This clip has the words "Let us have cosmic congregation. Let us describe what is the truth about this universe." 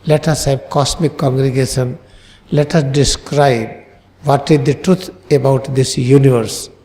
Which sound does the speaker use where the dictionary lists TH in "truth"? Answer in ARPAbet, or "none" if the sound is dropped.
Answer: T